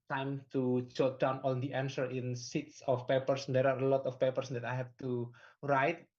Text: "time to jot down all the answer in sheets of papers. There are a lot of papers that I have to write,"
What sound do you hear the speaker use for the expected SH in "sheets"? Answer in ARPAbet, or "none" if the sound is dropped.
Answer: S